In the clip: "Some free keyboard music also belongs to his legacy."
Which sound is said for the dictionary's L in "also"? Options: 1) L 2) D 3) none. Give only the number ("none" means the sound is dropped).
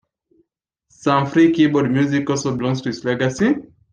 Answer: 3